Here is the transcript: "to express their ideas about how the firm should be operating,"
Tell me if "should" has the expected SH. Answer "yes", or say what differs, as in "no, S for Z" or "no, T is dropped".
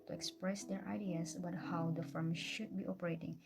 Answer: yes